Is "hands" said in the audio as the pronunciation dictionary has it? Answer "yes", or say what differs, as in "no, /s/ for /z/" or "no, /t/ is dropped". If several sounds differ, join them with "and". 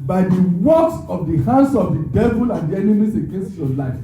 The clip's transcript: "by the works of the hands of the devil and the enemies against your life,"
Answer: no, /s/ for /z/